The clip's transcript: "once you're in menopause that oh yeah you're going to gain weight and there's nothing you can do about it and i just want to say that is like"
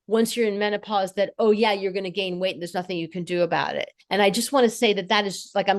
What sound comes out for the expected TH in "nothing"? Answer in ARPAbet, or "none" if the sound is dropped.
TH